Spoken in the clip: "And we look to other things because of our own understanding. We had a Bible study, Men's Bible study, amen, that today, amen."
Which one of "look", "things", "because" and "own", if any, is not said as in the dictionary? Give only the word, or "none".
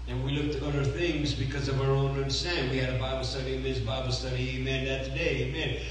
none